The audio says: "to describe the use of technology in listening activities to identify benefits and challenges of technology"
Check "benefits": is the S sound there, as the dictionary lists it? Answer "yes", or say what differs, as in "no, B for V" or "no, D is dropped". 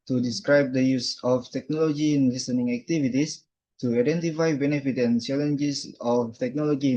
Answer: no, S is dropped